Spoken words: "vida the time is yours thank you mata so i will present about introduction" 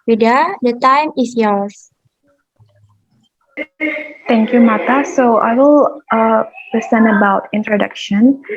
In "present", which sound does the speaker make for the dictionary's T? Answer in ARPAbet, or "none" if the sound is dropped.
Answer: none